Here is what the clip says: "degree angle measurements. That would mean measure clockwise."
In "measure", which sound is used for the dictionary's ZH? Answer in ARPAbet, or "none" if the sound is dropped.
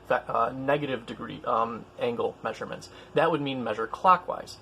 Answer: ZH